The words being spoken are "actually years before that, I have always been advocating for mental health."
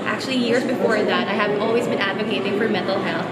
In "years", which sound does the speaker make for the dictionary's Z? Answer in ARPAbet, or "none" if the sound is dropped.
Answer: Z